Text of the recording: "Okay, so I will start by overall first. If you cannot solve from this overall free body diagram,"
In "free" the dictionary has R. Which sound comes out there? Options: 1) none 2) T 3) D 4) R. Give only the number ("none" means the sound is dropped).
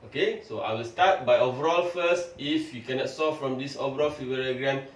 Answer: 1